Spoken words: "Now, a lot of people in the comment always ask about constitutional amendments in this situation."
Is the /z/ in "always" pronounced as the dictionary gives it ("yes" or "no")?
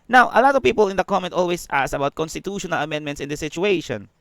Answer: no